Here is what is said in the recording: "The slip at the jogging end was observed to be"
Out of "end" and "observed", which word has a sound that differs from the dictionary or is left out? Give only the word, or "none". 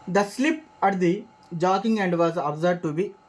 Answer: observed